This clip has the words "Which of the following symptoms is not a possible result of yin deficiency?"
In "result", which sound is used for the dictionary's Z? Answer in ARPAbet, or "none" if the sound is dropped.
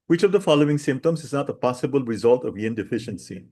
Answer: Z